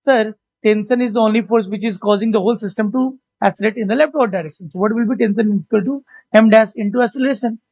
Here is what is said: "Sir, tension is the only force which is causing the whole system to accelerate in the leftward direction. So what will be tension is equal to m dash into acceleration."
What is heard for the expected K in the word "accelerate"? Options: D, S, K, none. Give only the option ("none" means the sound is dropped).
none